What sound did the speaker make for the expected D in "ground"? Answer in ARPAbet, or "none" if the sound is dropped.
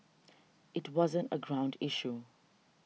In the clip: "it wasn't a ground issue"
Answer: D